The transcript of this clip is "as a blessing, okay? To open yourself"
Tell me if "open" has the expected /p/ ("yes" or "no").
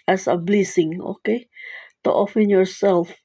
no